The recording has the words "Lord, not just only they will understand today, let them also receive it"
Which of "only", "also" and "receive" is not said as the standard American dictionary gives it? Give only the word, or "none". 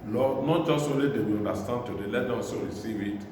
also